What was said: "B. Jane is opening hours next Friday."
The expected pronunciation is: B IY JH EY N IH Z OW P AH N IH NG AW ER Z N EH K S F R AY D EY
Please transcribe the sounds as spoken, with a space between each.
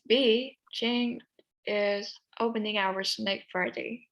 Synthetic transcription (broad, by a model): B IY CH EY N IH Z OW P AH N IH NG AW ER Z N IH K F R AY D EY